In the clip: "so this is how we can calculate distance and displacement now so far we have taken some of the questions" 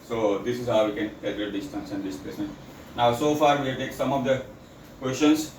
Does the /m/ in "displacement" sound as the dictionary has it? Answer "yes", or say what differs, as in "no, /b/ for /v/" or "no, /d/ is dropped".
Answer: no, /m/ is dropped